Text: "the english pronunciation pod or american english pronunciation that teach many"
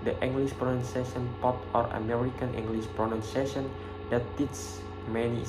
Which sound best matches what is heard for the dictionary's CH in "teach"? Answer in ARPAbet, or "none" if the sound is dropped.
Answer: S